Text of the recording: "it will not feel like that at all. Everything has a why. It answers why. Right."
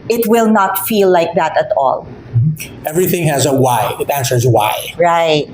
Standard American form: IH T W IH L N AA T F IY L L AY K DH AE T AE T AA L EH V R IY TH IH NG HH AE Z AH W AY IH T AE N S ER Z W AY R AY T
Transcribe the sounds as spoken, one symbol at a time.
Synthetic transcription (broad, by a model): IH T W IH L N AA T F IY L L AY K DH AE T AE T AA L EH V R IY TH IH NG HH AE Z AH W AY IH T AE N S ER Z W AY R AY T